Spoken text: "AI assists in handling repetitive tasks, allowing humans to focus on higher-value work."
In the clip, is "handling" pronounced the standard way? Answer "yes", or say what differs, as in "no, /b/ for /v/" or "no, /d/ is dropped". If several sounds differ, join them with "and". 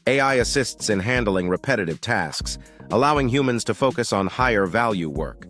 yes